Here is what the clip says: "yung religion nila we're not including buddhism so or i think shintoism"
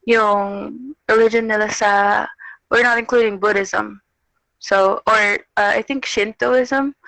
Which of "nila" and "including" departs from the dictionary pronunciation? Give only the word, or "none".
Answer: nila